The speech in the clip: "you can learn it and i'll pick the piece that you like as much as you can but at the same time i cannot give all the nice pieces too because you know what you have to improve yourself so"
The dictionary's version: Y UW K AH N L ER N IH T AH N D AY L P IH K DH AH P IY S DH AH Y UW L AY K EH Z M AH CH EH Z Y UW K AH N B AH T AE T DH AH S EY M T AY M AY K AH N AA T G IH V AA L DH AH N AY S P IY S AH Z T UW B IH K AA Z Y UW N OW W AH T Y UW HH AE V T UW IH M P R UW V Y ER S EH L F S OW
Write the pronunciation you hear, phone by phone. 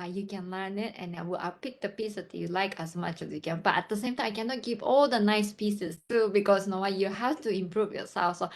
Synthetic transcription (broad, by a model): Y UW K AH N L ER N IH T AH N D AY W P IH K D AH P IY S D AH Y UW L AY K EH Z M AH CH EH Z Y UW K AH N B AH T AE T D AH S EY M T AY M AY K AH N AA T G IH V AA L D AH N AY S P IY S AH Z T UW B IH K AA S N OW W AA Y UW HH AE F T UW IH M P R UW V Y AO S EH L F S OW